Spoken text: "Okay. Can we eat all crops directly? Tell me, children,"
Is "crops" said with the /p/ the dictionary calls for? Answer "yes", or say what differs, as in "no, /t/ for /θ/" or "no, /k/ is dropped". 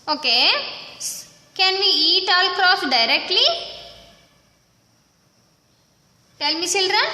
no, /p/ is dropped